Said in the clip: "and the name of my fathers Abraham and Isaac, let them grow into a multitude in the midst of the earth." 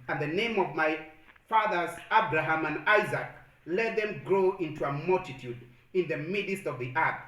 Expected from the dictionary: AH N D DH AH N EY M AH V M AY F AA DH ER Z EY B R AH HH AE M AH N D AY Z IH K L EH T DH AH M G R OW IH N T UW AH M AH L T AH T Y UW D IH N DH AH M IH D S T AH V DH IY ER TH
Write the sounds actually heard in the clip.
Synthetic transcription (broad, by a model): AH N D DH AH N EY M AH V M AY F AA DH ER Z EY B R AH HH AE M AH N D AY Z IH K L EH T DH AH M G R OW IH N T UW AH M AH L T AH T Y UW D IH N DH AH M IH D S T AH V DH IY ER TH